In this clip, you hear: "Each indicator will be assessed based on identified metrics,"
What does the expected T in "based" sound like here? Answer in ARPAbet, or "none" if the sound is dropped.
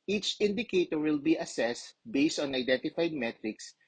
T